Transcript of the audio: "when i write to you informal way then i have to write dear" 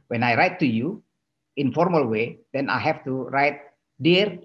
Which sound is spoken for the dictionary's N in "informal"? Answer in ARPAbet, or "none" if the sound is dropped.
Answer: N